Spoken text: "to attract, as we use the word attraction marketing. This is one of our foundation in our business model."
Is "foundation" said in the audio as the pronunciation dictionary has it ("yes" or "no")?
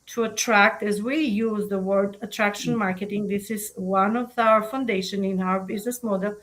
yes